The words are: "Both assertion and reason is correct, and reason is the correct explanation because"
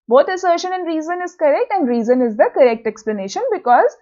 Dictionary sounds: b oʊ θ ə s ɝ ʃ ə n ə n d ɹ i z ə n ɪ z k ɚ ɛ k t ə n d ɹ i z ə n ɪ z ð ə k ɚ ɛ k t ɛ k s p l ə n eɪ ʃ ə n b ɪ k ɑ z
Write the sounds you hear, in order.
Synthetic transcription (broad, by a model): b oʊ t ə s ɝ ʃ ə n ə n d ɹ i z ə n ɪ z k ɚ ɛ k t ə n d ɹ i z ə n ɪ z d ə k ɚ ɛ k t ɛ k s p l ə n eɪ ʃ ə n b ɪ k ɑ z